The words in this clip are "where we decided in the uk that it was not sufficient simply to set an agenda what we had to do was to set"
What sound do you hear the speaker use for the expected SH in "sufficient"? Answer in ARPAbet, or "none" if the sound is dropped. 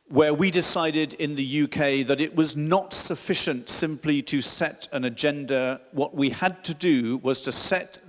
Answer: SH